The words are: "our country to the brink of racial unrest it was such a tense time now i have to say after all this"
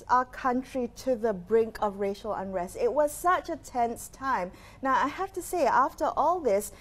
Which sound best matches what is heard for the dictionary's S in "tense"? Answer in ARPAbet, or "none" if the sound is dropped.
S